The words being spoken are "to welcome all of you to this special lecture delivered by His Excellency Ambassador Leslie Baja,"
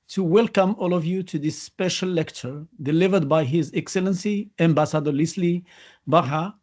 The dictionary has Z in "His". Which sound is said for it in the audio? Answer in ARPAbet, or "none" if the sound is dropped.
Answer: Z